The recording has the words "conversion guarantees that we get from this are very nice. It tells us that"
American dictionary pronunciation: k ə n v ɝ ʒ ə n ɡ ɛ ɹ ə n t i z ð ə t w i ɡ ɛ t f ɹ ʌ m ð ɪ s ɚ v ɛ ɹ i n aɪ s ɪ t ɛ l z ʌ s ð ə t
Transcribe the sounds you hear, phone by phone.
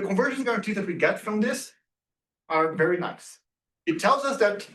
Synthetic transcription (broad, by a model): k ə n v ɝ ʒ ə n ɡ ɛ ɹ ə n t i ð ə t w i ɡ ɛ t f ɹ ʌ m ð ɪ s ɚ v ɛ ɹ i n aɪ s ɪ t ɛ l z ʌ s ð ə t